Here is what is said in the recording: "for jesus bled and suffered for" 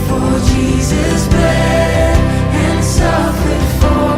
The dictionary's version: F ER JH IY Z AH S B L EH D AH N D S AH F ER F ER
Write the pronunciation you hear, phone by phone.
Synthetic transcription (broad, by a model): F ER JH IY Z AH S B EH AH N S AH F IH F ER